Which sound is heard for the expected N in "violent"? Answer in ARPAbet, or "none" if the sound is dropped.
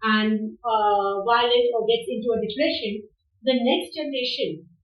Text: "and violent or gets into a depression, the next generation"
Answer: none